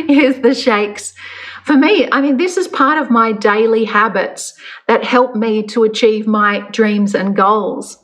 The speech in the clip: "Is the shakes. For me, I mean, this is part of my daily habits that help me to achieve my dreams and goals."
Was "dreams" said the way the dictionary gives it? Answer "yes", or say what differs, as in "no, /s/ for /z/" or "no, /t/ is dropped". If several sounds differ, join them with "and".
yes